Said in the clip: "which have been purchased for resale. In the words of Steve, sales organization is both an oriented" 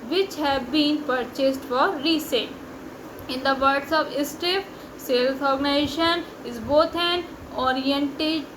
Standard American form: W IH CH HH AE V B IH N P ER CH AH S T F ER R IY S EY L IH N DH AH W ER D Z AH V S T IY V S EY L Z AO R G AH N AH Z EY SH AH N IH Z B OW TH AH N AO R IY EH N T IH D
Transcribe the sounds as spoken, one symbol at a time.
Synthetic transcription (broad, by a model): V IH CH HH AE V B IH N P ER CH AH S T F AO R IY S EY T IH N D AH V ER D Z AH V S T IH F S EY L S AO R G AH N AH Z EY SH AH N IH Z B OW T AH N AO R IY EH N T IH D